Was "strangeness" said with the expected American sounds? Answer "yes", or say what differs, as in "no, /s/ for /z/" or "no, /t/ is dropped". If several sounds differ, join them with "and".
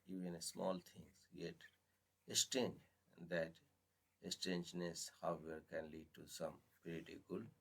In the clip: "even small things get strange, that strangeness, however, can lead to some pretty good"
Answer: no, /ɹ/ is dropped